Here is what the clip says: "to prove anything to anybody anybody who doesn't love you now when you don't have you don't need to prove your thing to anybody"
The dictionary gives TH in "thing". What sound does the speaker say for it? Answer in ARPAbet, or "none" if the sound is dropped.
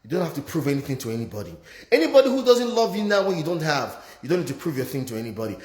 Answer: TH